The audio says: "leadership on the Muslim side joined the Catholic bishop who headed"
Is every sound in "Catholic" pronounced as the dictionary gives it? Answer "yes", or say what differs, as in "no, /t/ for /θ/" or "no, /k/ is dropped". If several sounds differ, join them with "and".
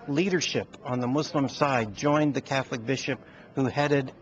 yes